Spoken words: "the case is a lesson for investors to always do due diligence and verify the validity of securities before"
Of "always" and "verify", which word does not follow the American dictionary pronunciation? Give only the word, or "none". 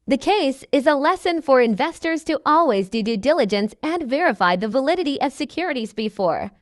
none